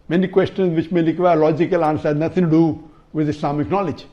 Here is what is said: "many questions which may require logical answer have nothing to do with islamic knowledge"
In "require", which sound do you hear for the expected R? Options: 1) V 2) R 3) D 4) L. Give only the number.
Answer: 4